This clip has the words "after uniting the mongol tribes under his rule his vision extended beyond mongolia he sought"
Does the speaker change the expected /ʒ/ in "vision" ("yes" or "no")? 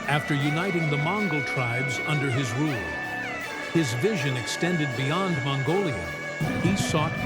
no